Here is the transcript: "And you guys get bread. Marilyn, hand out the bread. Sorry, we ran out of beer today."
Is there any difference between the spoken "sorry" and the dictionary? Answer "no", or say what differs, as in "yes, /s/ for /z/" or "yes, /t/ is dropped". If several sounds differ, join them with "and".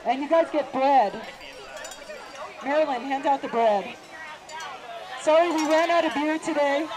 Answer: yes, /ɹ/ is dropped